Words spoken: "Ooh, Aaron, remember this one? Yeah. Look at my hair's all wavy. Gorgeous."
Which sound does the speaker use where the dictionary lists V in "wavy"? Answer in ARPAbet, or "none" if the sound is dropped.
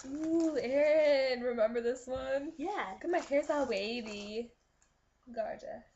B